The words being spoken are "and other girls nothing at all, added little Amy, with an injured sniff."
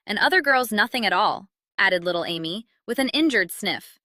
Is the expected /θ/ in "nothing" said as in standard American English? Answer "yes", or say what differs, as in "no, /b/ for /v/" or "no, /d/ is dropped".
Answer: yes